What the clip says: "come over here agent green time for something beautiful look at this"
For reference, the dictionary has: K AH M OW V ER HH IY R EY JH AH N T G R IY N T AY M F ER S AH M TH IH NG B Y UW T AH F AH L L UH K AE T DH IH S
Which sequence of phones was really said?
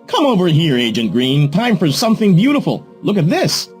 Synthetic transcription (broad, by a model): K AH M OW V ER HH IY R EY JH AH N T G R IY N T AY M F ER S AH M TH IH NG B Y UW T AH F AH L L UH K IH T DH IH S